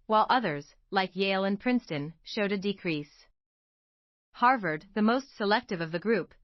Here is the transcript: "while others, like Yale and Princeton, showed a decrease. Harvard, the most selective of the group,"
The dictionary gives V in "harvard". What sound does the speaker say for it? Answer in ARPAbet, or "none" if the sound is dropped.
V